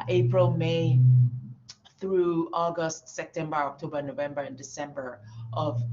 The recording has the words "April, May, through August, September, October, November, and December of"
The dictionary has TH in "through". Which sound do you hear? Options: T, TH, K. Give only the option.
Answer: TH